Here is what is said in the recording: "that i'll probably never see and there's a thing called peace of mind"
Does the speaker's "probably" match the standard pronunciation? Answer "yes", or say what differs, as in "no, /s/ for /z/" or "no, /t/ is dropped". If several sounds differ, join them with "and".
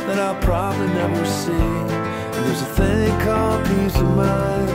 yes